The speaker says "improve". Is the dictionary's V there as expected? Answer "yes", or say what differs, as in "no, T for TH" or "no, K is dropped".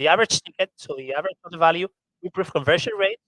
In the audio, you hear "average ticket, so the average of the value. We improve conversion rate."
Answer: no, F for V